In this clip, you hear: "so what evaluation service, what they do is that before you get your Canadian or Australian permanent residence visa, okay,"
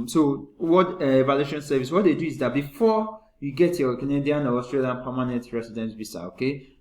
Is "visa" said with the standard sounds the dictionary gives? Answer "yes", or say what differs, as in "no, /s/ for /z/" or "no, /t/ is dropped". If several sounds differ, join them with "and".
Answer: no, /b/ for /v/ and /s/ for /z/